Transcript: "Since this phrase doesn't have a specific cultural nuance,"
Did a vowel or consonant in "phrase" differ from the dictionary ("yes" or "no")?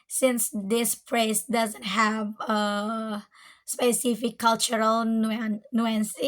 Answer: yes